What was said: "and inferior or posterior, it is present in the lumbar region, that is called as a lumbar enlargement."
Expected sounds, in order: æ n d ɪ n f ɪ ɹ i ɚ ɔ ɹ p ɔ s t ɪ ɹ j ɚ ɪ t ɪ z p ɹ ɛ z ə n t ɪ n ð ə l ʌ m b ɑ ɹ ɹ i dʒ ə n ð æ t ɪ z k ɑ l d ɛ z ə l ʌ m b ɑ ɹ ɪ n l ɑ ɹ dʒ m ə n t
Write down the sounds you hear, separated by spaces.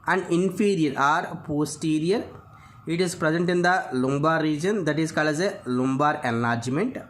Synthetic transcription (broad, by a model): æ n d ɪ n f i ɹ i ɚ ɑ ɹ p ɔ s t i ɹ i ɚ ɪ t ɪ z p ɹ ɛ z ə n t ɪ n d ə l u m b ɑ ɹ ɹ i dʒ ə n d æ t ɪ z k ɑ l ɛ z ə l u m b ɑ ɹ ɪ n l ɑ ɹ dʒ m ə n t